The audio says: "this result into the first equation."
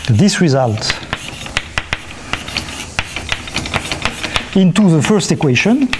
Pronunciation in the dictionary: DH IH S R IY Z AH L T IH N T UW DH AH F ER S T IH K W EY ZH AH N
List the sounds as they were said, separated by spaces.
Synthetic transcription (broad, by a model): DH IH S R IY Z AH L T IH N T UW DH AH F ER S T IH K W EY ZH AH N